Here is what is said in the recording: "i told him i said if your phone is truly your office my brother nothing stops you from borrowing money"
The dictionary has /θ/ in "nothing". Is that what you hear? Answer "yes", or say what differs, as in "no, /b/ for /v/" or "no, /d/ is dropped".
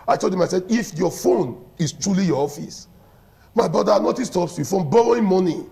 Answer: no, /t/ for /θ/